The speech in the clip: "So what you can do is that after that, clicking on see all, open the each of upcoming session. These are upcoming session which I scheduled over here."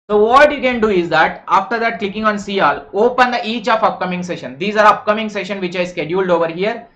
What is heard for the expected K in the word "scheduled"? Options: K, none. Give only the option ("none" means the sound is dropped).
K